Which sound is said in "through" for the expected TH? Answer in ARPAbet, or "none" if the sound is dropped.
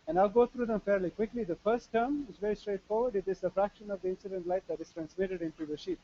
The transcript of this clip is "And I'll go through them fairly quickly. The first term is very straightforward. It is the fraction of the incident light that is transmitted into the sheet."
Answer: T